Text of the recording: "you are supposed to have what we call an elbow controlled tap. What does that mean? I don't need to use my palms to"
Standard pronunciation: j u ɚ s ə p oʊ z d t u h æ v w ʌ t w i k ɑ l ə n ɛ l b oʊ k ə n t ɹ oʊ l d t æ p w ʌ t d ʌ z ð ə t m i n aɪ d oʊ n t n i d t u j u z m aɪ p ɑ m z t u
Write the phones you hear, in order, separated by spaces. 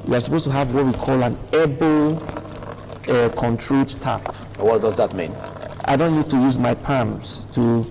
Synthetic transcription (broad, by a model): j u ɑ s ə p oʊ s t u h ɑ v w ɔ t w i k ɑ l ə n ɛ b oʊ k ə n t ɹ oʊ d t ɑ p w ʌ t d ʌ z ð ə t m i n aɪ d oʊ n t n i d t u j u z m aɪ p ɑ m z t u